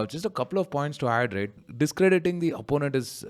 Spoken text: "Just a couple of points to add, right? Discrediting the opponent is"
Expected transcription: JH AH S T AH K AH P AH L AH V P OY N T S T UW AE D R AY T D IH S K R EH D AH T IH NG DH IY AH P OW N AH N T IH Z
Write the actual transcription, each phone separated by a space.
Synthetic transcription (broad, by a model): JH AH S T AH K AH P AH L AH V P OY N T S T UW AE D R AY T D IH S K R EH D AH T IH NG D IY AH P OW N AH N T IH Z